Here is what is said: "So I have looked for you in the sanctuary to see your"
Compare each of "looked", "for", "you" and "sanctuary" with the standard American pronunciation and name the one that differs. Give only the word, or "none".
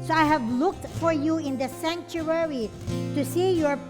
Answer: none